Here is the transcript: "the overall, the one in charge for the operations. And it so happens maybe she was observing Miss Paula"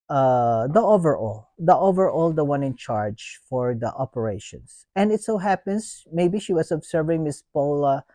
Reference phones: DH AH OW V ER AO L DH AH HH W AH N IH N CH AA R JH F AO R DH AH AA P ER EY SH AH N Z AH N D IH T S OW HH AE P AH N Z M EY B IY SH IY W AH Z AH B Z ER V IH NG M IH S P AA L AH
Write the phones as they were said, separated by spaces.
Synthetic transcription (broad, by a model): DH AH OW V ER AO L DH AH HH W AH N IH N CH AA R JH F AO R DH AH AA P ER EY SH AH N S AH N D IH T S OW HH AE P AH N S M EY B IY SH IY W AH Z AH B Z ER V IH NG M IH S P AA L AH